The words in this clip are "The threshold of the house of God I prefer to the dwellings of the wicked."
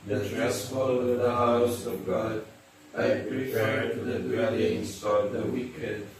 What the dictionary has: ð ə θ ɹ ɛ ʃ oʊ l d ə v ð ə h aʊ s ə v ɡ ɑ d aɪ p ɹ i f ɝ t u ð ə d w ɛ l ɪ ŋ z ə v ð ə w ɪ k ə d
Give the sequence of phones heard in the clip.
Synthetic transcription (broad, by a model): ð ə t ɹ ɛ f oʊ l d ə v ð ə h aʊ s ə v ɡ ɑ d aɪ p ɹ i p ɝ t u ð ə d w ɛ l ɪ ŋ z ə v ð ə w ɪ k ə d